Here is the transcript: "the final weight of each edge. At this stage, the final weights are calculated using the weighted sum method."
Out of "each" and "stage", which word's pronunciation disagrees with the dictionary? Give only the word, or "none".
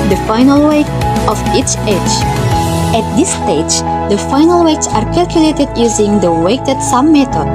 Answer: none